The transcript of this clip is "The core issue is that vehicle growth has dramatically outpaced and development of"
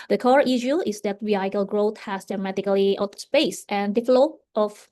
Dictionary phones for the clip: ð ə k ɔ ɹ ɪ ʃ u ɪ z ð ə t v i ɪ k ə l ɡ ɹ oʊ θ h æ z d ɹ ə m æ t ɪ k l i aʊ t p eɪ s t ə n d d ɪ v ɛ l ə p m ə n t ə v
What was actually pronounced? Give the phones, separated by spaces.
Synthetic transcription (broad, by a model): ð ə k ɔ ɹ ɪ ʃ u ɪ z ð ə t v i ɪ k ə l ɡ ɹ oʊ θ h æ s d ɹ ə m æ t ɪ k l i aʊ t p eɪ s t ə n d d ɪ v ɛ l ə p ə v